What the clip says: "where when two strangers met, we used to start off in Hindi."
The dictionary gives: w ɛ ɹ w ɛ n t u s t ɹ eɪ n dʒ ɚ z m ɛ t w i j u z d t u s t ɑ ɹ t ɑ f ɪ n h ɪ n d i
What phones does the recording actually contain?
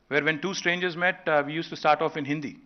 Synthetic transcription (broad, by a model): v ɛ ɹ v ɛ n t u s t ɹ eɪ n dʒ ɚ z m ɛ t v i j u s t u s t ɑ ɹ t ɑ f ɪ n h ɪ n d i